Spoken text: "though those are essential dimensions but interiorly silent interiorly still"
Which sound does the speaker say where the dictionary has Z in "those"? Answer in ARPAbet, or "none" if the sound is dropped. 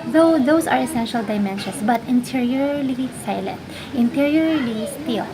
S